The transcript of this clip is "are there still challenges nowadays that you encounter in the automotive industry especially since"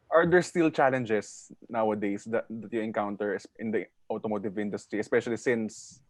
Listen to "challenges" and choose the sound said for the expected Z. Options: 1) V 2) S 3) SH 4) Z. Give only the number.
2